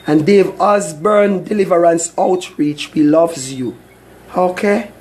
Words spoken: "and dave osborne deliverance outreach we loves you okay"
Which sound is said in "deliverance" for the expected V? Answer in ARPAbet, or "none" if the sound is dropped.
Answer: V